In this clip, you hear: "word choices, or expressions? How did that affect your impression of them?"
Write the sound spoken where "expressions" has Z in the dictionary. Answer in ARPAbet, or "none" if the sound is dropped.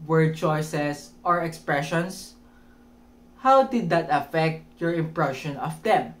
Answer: S